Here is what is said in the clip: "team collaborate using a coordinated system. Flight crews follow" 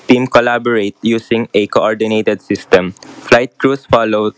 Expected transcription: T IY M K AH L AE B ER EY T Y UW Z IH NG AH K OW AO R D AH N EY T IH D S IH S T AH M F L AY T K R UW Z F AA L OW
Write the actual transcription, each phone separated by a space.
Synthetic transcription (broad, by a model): T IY M K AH L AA B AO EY T Y UW S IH NG AH K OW AO R D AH N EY T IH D S IH S T AH M F L AY T K R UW S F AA L OW